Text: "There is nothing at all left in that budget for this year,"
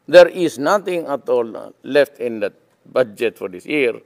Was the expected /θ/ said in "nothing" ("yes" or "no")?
no